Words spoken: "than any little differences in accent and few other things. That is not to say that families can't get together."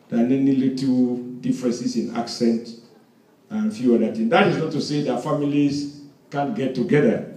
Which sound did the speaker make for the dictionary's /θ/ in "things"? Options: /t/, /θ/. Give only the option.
/t/